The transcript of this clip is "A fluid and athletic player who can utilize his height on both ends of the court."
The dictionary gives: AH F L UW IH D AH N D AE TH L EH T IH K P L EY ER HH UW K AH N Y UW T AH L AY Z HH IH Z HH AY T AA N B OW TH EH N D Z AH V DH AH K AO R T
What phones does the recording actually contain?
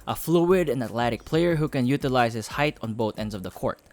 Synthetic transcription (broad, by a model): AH F L UW IH D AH N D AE T L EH T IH K P L EY ER HH UW K AH N Y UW T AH L AY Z HH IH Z HH AY T AA N B OW TH EH N D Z AH V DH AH K AO R T